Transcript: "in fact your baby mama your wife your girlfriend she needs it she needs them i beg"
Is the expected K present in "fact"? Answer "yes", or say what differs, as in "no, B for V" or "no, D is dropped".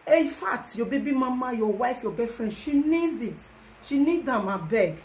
no, K is dropped